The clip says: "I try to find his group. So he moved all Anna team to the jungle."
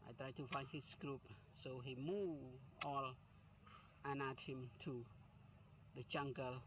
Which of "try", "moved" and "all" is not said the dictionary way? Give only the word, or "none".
moved